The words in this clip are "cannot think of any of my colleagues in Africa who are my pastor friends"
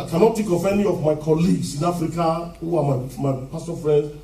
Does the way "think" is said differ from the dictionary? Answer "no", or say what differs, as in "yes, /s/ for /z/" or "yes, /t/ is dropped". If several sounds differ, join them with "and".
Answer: yes, /t/ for /θ/ and /ŋ/ is dropped